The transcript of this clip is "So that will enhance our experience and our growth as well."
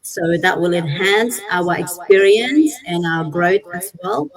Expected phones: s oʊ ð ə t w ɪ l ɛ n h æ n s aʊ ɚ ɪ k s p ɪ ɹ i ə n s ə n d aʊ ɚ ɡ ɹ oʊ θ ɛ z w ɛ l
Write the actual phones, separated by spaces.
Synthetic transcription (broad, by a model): s oʊ ð ə t w ɪ l ɛ n h æ n s aʊ ɚ ɪ k s p ɪ ɹ i ə n s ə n aʊ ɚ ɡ ɹ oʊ s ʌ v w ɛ l